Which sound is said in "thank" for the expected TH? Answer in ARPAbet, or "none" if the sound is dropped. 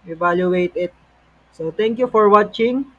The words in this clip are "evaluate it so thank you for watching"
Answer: T